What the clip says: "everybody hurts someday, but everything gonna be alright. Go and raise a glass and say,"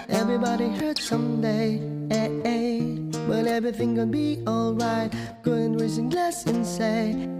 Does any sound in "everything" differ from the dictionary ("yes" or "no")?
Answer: no